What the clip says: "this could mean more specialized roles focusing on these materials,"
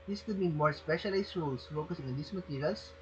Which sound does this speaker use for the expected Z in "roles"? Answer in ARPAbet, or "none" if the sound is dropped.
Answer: S